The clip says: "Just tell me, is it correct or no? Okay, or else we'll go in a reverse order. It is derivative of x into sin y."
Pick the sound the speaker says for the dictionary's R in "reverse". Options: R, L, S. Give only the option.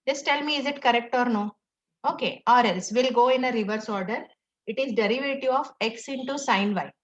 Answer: R